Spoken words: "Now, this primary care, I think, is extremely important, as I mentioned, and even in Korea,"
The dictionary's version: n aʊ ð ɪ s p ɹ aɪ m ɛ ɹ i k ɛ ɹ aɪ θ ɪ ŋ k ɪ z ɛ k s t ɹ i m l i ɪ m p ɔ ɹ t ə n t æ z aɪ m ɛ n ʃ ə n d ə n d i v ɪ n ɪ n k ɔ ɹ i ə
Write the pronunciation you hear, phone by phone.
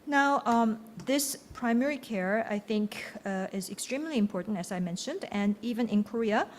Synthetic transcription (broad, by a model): n aʊ ð ɪ s p ɹ aɪ m ɛ ɹ i k ɛ ɹ aɪ θ ɪ ŋ k ɪ z ɛ k s t ɹ i m l i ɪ m p ɔ ɹ t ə n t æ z aɪ m ɛ n ʃ ə n d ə n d i v ɪ n ɪ n k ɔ ɹ i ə